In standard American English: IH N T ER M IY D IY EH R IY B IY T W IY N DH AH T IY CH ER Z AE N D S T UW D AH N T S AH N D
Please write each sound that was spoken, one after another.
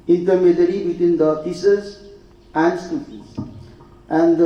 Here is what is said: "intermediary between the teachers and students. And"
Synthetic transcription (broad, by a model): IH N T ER M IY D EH R IY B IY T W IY N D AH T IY S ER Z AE N D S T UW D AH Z T AH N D